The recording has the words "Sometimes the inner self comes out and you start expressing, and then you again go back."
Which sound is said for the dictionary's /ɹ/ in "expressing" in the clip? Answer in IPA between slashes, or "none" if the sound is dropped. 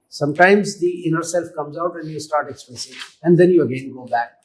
none